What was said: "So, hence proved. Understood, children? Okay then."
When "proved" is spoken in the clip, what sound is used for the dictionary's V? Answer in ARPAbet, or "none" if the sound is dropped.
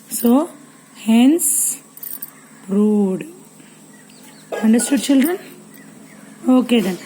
none